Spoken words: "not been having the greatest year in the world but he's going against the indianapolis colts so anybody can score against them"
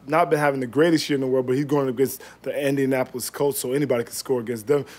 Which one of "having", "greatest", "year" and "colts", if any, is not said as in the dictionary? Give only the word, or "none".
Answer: colts